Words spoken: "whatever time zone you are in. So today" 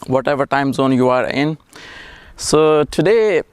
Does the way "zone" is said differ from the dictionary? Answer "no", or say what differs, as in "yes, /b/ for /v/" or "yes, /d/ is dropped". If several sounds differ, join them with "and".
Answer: no